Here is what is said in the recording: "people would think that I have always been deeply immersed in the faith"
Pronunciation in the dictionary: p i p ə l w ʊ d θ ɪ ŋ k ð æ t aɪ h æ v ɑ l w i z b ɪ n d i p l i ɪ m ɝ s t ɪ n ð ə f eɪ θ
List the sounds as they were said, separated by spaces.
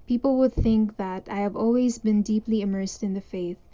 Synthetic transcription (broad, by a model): p i p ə l w ʊ d θ ɪ ŋ k ð æ t aɪ h æ v ɑ l w i z b ɪ n d i p l i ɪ m ɝ s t ɪ n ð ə f eɪ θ